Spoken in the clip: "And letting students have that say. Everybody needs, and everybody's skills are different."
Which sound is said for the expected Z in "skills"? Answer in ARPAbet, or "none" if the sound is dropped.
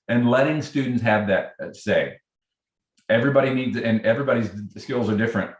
Z